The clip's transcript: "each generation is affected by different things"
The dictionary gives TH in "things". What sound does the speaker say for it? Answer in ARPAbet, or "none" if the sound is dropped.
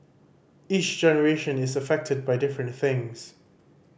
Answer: TH